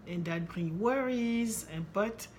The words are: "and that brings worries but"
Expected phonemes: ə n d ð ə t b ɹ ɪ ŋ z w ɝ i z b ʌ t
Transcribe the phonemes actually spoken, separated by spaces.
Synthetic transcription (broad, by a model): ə n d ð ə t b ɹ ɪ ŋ w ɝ i z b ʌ t